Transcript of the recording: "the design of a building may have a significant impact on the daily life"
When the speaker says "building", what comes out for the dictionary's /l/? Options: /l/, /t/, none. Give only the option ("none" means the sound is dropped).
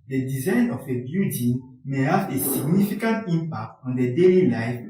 none